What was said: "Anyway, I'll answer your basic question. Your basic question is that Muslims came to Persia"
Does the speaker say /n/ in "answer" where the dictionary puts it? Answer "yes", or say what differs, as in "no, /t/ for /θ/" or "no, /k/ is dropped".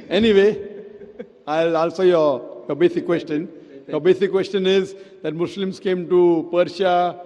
no, /l/ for /n/